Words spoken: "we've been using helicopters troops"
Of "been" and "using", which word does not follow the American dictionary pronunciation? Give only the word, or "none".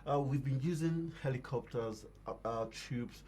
none